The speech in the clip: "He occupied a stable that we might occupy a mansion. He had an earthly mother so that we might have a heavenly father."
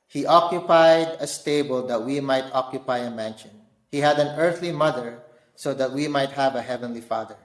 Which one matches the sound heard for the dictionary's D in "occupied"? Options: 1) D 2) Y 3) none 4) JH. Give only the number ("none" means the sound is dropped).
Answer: 1